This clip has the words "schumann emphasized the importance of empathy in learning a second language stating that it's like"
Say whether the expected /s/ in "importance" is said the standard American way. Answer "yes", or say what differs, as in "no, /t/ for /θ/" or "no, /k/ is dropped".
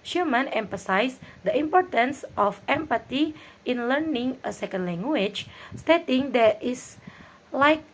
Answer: yes